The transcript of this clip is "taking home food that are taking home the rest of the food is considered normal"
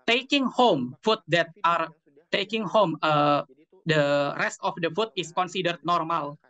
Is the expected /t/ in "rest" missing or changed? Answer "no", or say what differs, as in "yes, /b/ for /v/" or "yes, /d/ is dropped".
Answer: no